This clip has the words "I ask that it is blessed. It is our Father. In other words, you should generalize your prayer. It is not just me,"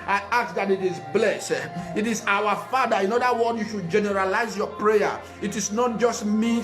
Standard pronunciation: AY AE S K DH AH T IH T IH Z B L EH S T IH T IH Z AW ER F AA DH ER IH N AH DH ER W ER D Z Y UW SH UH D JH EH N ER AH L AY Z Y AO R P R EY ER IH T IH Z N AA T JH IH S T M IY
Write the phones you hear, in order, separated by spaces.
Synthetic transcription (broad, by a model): AY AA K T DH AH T IH T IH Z B L EH S T IH T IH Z AW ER F AA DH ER IH N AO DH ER W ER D Y UW SH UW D JH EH N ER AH L AY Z Y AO P R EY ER IH T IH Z N AA T JH IH S T M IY